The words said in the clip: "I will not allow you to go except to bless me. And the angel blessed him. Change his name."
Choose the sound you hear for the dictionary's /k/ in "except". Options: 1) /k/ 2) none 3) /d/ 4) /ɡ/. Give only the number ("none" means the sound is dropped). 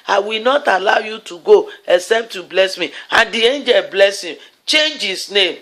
1